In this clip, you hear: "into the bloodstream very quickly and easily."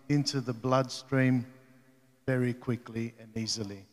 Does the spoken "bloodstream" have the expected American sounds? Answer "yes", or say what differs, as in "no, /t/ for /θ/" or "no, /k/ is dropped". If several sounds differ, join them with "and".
yes